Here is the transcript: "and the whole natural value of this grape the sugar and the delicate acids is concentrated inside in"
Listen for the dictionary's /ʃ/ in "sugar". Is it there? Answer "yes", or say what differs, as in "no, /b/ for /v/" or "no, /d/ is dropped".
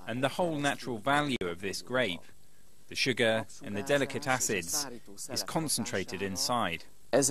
yes